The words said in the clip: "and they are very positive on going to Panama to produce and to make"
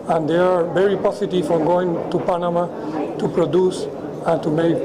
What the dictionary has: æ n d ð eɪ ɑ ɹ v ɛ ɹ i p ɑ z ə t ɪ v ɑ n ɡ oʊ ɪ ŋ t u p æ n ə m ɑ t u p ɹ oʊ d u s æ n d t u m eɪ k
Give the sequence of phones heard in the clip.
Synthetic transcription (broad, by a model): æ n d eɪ ɑ ɹ v ɛ ɹ i p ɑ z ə t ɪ f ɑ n ɡ oʊ ɪ ŋ t u p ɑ n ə m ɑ t u p ɹ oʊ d u s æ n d t u m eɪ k